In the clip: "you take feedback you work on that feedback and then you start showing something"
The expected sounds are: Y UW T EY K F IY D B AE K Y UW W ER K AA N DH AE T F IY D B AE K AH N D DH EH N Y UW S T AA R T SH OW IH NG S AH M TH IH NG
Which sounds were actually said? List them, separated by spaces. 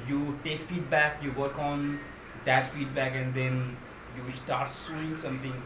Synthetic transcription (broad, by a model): Y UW T EY K F IY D B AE K Y UW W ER K AA N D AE T F IY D B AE K AH N D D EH N Y UW S T AA R T S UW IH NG S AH M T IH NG